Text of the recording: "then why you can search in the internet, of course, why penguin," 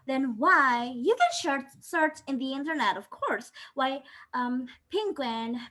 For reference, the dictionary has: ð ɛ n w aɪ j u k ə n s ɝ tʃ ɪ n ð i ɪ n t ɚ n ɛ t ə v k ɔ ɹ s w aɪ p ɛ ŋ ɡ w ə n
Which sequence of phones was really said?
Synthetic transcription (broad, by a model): ð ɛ n w aɪ j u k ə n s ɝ s ɪ n ð i ɪ n t ɚ n ɛ t ə v k ɔ ɹ s w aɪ p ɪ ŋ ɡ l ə n